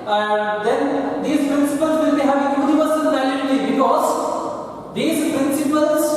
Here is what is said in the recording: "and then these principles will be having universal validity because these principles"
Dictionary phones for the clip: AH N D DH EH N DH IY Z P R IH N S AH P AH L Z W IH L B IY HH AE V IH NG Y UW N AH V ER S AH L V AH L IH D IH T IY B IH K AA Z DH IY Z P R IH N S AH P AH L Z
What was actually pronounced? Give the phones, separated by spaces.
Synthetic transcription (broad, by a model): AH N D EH N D IY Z P R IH N S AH P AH L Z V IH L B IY HH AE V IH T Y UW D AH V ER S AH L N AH IH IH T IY B IH K AA Z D IY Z P R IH N S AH P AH L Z